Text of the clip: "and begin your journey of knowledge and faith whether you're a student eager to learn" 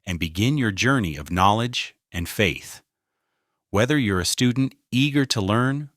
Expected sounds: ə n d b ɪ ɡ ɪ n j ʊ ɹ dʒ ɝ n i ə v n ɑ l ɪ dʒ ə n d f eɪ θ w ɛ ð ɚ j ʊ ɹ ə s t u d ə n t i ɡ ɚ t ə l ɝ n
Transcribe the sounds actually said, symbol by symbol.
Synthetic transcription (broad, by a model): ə n b ɪ ɡ ɪ n j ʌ ɹ dʒ ɝ n i ə v n ɑ l ɪ dʒ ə n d f eɪ θ w ɛ ð ɚ j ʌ ɹ ə s t u d n t i ɡ ɚ t ə l ɝ n